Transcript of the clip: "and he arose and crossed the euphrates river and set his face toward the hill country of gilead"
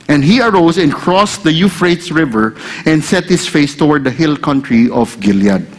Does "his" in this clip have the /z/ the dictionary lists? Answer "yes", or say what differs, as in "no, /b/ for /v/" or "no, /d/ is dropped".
no, /s/ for /z/